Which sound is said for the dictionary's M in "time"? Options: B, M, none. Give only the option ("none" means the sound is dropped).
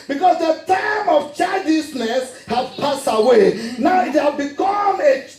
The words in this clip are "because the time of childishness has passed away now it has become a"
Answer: M